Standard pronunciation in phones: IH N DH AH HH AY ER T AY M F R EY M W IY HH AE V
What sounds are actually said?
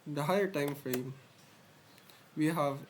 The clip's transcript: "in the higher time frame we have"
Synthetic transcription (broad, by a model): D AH HH AY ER T AY M F R EY M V IY HH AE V